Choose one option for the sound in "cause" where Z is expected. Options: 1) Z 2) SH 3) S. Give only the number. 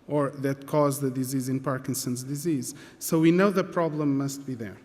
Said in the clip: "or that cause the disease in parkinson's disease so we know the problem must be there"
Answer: 1